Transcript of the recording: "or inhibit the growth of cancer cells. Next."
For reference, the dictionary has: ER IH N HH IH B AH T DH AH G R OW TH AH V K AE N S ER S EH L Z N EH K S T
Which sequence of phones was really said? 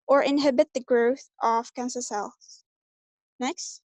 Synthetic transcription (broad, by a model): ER IH N HH IH B AH T DH AH G R OW TH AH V K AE N S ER S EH L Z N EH K S T